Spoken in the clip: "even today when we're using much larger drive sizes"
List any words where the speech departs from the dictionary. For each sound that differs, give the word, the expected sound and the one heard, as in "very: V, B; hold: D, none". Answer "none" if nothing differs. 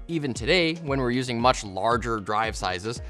none